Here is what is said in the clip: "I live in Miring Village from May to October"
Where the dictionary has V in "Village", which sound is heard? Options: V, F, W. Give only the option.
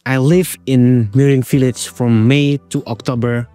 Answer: F